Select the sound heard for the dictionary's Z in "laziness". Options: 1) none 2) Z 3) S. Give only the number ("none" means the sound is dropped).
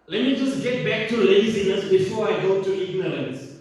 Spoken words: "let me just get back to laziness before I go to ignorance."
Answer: 3